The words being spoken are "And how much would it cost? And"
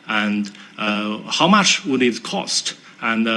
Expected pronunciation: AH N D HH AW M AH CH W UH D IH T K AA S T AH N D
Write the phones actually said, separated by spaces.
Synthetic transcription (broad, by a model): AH N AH HH AW M AH CH W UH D IH T K AA S T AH N